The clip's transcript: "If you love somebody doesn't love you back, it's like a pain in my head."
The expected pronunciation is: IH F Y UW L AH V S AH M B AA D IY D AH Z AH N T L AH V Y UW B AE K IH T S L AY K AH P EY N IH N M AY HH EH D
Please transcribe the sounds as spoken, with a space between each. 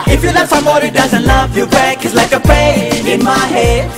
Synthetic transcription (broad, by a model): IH F Y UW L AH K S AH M AA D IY D AH Z AH N T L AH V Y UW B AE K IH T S L AY K AH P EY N IH N M AY HH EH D